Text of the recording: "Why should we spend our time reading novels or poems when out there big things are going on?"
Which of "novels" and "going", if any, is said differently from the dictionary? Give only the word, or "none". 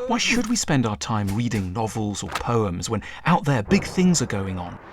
none